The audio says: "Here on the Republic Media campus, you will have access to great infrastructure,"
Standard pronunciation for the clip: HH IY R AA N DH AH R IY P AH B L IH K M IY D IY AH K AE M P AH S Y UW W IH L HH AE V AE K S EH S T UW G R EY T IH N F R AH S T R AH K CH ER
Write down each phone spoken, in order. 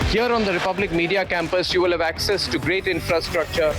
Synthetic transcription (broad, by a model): HH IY R AA N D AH R IY P AH B L IH K M IY D IY AH K AE M P AH S Y UW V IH L HH AE V AE K S EH S T UW G R EY T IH N F R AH S T R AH K CH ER